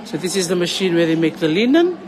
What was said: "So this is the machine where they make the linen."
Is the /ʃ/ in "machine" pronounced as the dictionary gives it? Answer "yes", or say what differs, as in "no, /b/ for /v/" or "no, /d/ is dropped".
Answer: yes